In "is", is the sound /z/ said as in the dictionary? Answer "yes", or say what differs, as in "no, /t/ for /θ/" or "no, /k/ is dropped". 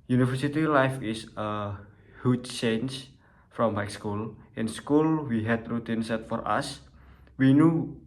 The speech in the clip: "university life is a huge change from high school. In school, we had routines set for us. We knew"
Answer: no, /s/ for /z/